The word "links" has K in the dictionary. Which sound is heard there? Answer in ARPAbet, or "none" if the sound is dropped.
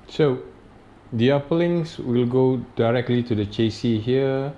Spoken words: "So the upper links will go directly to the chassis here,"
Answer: none